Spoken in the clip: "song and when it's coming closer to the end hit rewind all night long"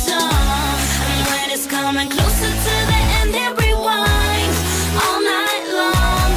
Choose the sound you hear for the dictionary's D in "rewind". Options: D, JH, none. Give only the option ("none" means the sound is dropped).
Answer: none